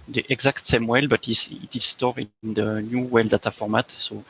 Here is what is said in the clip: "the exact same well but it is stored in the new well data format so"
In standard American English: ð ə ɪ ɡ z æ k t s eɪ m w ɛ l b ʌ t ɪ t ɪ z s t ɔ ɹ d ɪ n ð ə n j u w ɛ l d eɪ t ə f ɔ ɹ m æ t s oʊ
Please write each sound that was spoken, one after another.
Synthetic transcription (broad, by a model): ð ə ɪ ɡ z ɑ k t s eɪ m w ɛ l b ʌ t ɪ t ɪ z s t ɔ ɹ ɪ n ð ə n j u w ɛ l d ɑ t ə f ɔ ɹ m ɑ t s oʊ